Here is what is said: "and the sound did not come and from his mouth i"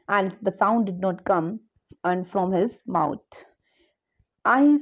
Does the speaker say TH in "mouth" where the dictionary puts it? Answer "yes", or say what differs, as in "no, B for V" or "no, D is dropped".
no, T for TH